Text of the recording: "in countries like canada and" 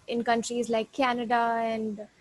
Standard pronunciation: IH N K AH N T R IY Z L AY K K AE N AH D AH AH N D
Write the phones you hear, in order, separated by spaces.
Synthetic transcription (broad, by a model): IH N K AH N T R IY Z L AY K K AE N AH D AH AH N D